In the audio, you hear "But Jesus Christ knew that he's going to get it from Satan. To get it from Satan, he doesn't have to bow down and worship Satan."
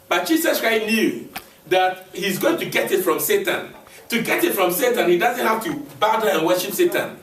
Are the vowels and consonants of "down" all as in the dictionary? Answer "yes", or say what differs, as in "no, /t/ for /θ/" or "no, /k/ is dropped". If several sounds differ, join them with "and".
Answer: no, /n/ is dropped